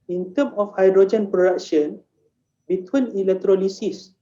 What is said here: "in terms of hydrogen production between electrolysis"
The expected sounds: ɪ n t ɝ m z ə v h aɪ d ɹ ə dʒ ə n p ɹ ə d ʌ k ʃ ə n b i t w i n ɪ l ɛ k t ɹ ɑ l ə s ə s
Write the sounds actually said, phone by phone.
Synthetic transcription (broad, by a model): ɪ n t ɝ m ə f h aɪ d ɹ ə dʒ ə n p ɹ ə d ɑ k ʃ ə n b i t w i n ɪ l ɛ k t ɹ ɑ l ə s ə s